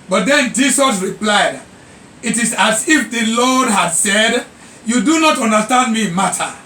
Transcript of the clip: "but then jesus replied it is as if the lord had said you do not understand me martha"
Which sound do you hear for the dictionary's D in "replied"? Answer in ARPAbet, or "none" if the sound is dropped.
D